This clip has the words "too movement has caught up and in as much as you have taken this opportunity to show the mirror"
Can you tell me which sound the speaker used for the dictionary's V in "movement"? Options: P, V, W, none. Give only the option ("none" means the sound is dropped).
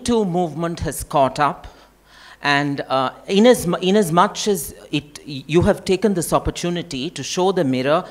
V